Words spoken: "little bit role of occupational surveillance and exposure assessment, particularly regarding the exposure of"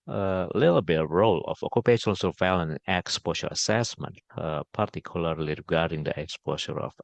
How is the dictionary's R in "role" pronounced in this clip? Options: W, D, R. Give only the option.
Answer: R